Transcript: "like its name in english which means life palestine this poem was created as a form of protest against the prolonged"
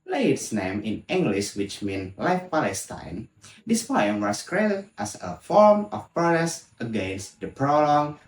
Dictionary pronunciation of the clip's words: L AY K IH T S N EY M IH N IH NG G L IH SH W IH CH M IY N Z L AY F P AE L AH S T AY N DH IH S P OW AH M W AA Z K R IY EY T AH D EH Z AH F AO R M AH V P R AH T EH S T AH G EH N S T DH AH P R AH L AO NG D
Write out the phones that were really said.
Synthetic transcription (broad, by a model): L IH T S N EY M IH N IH NG G L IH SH W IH CH M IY N L AY F P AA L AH S T AY N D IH S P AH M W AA S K R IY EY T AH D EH S AH F AO R M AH F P R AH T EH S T AH G EH N S T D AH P R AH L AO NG